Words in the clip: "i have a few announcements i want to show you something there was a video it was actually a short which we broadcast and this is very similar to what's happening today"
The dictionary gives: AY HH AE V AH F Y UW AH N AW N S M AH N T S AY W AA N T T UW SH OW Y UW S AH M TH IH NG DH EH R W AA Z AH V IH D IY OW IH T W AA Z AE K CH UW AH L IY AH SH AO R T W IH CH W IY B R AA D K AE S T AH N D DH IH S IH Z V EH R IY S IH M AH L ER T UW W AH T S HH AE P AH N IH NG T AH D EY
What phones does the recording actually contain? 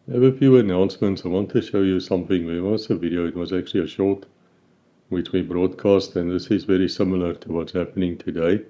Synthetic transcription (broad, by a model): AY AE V AH F Y UW AH N AW N S M AH N T S AY W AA N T T UW SH OW Y UW S AH M TH IH NG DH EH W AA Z AH V IH D IY OW IH T W AA Z AE K CH UW AH L IY AH SH AO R T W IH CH W IY B R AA D K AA S T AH N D DH IH S IH Z V EH R IY S IH M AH L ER T UW W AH T S HH AE P AH N IH NG T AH D EY